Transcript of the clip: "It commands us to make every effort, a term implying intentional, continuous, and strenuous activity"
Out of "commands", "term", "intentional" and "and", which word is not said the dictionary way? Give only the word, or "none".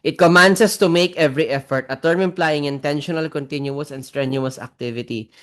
commands